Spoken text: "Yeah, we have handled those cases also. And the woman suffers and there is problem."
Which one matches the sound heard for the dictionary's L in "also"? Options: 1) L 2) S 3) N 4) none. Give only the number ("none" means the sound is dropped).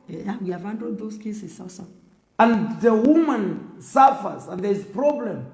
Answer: 4